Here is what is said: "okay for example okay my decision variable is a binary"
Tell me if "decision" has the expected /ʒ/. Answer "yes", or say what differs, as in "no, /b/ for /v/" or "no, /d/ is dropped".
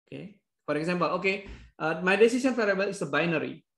no, /s/ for /ʒ/